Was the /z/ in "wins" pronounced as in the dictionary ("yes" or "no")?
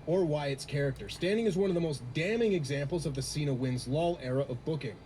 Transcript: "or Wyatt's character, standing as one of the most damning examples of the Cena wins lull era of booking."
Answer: yes